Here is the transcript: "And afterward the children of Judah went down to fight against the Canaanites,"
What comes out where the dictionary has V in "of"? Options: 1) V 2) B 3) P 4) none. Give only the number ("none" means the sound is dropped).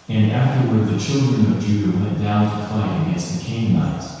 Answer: 1